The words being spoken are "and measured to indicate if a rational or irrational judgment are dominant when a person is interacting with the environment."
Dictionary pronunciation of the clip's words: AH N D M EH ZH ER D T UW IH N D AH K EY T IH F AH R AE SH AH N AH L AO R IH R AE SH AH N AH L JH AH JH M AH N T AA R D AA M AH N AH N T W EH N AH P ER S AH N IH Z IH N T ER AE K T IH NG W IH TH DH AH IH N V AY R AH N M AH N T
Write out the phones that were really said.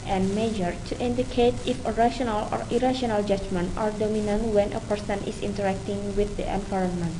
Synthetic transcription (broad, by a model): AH N M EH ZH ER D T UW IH N D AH K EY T IH F AH R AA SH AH N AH L AO R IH R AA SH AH N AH L JH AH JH M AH N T AA R D AA M AH N AH N T W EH N AH P ER S AH N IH S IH N T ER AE K T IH NG W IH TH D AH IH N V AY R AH N M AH N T